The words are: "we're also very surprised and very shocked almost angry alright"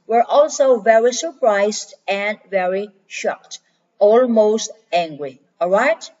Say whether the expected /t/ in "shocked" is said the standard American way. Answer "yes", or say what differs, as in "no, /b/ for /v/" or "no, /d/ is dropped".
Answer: yes